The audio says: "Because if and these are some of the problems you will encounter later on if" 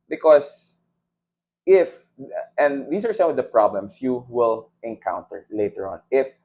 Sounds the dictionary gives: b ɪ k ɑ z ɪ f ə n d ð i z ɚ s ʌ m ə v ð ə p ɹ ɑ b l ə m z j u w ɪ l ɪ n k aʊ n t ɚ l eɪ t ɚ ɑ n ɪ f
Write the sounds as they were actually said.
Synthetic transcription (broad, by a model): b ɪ k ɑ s ɪ f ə n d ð i s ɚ s ʌ m ə v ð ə p ɹ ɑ b l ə m s j u w ɪ l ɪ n k aʊ n t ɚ l eɪ t ɚ ɑ n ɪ f